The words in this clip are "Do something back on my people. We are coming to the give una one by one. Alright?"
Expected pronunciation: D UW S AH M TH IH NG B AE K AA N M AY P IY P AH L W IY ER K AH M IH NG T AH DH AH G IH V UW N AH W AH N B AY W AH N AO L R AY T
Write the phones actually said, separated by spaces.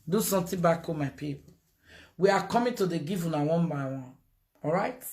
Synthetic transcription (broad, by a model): D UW S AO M T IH B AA K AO M AY P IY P W IY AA K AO M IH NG T AH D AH G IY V UW N AH W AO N B AY W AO N AO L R AY T